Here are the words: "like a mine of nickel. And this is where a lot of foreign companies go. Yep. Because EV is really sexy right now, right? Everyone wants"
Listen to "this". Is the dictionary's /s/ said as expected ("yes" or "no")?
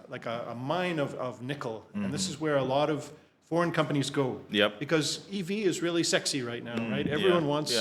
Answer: yes